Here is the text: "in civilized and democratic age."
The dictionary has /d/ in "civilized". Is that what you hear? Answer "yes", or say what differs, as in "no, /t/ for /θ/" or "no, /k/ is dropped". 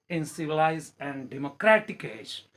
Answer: no, /d/ is dropped